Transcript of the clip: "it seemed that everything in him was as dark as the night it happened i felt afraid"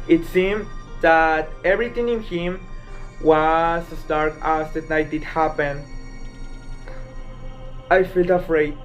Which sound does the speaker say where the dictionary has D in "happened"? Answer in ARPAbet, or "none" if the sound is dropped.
none